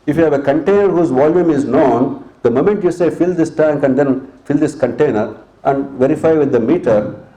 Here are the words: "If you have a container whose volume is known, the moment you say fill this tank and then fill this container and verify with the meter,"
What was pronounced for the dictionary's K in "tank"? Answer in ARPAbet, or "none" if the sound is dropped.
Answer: K